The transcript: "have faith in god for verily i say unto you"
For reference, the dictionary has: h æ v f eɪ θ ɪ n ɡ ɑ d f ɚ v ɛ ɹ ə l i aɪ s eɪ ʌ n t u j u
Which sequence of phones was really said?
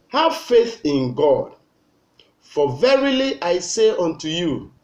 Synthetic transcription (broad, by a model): h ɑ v f eɪ θ ɪ n ɡ ɑ d f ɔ v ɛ ɹ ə l i aɪ s eɪ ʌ n t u j u